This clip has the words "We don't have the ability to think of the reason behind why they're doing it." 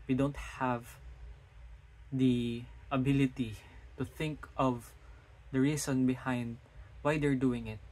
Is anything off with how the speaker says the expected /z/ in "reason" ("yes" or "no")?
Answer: yes